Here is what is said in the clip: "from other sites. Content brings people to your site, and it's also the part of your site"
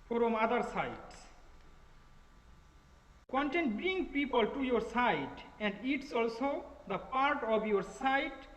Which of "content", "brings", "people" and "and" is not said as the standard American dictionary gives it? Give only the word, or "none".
brings